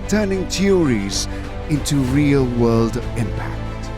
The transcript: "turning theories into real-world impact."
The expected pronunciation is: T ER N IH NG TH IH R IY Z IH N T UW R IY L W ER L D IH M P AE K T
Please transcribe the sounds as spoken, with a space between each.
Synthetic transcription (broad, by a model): T ER N IH NG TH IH R IY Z IH N T UW R IY L W ER L D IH M P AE K T